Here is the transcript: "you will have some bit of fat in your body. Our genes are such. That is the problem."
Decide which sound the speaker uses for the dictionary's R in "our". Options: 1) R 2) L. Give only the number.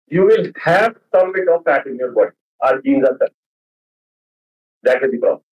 2